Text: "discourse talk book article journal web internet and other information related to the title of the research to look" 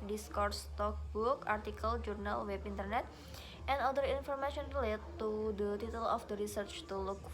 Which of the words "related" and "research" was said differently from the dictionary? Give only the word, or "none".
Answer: none